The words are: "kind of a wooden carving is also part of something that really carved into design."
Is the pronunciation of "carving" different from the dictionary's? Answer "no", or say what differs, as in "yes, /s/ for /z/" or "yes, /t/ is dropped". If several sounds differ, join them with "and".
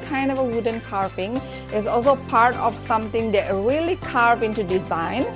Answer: yes, /p/ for /v/